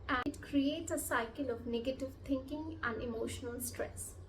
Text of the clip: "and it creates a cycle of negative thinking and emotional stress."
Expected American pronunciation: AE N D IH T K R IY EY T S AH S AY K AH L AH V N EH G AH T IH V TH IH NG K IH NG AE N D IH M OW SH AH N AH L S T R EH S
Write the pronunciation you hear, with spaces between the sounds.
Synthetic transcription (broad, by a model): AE IH T K R IY EY T S AH S AY K AH L AH V N EH G AH T IH V T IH NG K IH NG AE N D IH M OW SH AH N AH L S T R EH S